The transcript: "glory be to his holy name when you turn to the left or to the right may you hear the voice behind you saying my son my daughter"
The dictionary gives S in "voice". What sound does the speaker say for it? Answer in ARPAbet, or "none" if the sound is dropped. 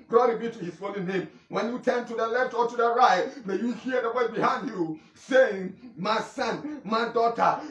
none